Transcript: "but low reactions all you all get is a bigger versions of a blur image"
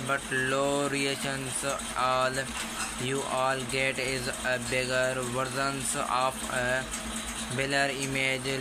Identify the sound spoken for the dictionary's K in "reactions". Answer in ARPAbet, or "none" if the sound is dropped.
none